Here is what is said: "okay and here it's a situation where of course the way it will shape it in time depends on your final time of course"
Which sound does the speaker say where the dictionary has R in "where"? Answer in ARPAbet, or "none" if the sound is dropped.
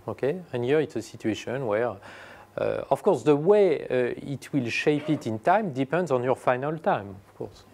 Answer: R